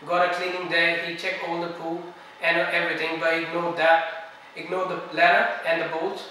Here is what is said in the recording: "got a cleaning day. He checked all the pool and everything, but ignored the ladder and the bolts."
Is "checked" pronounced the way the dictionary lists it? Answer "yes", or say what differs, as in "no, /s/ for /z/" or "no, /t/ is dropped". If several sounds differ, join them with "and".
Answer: no, /t/ is dropped